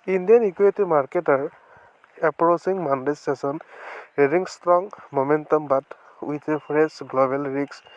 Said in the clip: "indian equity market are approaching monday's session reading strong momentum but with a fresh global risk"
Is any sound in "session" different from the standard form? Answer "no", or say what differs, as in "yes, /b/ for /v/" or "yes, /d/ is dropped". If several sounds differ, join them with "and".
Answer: yes, /s/ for /ʃ/